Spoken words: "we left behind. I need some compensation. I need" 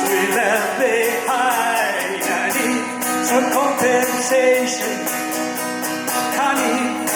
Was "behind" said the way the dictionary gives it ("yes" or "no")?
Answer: no